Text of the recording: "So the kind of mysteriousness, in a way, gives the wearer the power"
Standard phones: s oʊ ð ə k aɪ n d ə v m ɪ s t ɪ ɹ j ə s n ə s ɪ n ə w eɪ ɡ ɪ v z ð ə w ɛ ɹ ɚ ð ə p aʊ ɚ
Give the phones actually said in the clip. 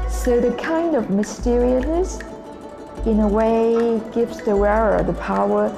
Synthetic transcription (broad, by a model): s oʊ ð ə k aɪ n d ə v m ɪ s t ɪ ɹ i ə s n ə s ɪ n ə w eɪ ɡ ɪ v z ð ə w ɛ ɹ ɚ ð ə p aʊ ɚ